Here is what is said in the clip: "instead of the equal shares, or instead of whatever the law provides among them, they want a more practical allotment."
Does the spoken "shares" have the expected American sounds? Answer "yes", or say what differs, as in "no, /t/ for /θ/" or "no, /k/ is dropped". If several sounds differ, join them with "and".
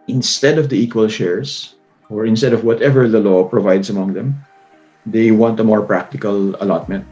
no, /s/ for /z/